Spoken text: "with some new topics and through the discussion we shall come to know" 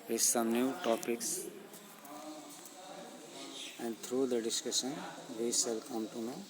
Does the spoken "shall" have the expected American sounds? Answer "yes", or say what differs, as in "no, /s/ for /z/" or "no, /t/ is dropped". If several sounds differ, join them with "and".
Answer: no, /s/ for /ʃ/